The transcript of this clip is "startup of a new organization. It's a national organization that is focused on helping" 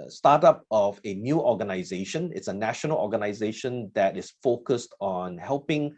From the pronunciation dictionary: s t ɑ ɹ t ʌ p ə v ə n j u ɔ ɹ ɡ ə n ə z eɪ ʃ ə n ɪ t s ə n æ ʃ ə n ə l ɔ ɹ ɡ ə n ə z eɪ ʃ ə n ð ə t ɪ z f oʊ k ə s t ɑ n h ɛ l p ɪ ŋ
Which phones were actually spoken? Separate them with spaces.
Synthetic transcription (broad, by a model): s t ɑ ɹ t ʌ p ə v ə n j u ɔ ɡ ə n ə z eɪ ʃ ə n ɪ t s ə n æ ʃ ə n ə l ɔ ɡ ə n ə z eɪ ʃ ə n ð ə t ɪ s f oʊ k ə s t ɑ n h ɛ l p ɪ ŋ